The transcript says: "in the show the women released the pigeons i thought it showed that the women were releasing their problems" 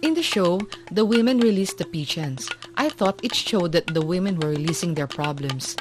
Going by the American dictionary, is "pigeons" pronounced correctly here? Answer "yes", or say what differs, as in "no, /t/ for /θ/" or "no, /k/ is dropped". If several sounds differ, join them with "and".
no, /tʃ/ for /dʒ/